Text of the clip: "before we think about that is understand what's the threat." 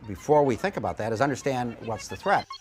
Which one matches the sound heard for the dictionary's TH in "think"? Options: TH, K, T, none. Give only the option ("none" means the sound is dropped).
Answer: TH